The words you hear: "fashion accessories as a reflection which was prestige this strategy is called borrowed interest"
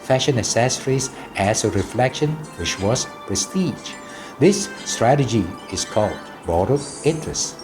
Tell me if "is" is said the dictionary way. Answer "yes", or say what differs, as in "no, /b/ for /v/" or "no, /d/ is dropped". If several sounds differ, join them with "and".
no, /s/ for /z/